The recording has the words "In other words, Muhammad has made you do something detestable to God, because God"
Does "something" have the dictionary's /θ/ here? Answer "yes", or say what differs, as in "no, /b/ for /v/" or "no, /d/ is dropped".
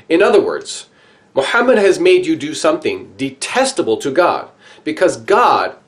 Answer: yes